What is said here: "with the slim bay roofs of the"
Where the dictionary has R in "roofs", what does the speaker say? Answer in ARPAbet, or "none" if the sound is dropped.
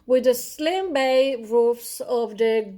R